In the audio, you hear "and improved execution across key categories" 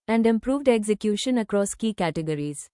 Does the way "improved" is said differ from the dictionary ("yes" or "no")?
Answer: no